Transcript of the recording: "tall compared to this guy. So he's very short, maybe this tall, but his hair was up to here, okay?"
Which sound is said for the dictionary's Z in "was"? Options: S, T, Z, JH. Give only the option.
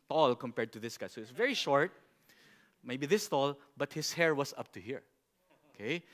S